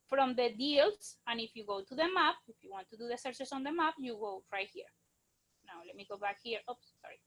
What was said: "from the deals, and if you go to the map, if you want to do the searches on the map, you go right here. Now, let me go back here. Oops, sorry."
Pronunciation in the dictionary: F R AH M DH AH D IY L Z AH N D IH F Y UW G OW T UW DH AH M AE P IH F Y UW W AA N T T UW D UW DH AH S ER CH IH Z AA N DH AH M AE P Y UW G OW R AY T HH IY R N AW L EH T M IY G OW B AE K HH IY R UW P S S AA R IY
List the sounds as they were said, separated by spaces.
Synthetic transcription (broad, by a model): F R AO M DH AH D IY L S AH N IH F Y UW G OW T UW DH AH M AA P IH F Y UW W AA N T T UW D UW DH AH S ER S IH S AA N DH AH M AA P Y UW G OW R AY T HH IY R N AW L EH T M IY G OW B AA K HH IY R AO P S S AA R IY